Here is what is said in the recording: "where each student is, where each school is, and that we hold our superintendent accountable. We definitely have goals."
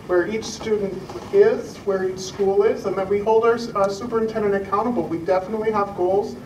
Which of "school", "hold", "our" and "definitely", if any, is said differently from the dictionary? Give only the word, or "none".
none